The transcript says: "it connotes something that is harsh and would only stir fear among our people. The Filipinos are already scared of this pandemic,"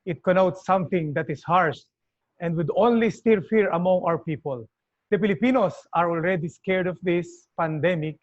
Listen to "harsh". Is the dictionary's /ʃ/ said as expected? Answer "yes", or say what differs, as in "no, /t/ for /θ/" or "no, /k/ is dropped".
no, /s/ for /ʃ/